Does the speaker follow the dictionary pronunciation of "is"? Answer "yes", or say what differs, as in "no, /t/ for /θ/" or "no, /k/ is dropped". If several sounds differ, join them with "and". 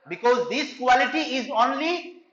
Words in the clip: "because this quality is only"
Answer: yes